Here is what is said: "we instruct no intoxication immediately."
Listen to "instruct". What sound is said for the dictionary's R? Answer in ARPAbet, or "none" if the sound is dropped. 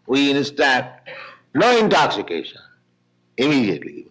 none